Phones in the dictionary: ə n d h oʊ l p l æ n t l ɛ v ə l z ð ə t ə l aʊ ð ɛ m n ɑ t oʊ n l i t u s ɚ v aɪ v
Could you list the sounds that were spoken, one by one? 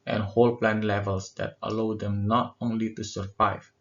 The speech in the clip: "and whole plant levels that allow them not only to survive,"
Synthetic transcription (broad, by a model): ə n h oʊ l p l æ n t l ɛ v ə l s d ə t ə l aʊ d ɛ m n ɑ t oʊ n l i t u s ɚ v aɪ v